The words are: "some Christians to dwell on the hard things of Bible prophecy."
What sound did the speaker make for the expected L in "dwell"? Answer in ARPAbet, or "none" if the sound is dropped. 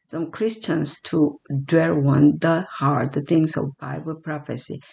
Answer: W